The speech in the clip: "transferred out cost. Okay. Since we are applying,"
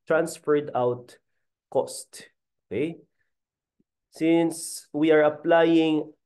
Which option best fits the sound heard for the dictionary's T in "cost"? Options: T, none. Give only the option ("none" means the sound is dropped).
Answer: T